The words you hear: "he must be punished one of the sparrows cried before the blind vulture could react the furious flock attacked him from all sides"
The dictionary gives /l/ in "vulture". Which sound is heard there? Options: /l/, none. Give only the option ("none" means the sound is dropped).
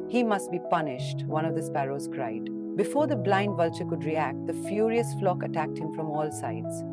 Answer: /l/